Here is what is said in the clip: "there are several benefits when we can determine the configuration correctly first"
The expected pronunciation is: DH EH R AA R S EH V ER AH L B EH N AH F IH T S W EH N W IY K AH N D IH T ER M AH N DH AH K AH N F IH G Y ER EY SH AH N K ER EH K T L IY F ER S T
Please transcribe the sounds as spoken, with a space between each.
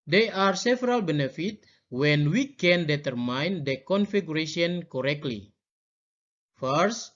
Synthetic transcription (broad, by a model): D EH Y AA R S EH V ER AH L B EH N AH F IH T W EH N W IY K AH N D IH T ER M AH N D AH K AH N F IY G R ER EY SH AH N K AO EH K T L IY F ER S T